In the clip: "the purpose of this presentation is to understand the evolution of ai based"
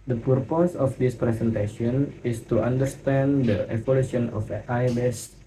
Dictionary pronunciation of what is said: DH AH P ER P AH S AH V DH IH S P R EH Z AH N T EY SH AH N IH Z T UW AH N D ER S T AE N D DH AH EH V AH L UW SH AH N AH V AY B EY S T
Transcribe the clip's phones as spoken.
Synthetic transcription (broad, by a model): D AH P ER P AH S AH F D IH S P R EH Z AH N T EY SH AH N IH S T UW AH N D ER S T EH N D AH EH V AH L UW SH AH N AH F AY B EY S